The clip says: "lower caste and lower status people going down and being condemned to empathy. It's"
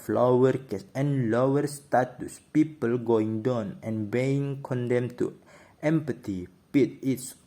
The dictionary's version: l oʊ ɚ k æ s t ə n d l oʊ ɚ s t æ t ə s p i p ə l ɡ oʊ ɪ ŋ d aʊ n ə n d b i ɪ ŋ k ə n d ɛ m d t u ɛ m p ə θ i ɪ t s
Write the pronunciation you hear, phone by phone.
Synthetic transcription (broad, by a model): l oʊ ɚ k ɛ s ə n l oʊ ɚ s t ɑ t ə s p i p ə l ɡ oʊ ɪ ŋ d aʊ n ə n b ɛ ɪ ŋ k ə n d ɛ m t u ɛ m p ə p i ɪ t s